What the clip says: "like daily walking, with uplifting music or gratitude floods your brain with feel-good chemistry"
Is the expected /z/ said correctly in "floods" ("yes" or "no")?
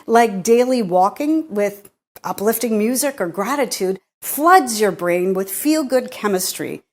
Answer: yes